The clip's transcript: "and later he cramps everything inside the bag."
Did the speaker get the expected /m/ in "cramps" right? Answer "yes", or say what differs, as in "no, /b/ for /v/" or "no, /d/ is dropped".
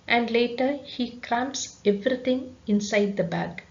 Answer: yes